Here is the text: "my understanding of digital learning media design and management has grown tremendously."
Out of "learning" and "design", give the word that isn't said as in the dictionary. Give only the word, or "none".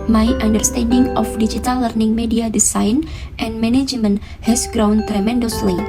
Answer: design